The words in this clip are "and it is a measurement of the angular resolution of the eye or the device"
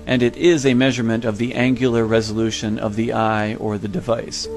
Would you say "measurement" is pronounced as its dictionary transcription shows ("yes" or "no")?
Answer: yes